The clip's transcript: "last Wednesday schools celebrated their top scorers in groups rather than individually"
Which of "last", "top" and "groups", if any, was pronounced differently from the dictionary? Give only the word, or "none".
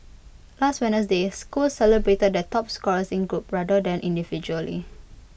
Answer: groups